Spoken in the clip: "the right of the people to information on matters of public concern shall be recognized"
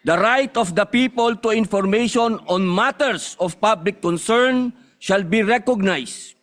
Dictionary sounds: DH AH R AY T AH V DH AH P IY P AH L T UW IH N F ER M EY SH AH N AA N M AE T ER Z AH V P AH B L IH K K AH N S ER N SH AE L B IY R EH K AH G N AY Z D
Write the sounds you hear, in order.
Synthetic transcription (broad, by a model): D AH R AY T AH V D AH P IY P AH L T UW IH N F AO M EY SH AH N AA N M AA T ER S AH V P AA B L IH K K AH N S ER N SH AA L B IY R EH K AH G N AY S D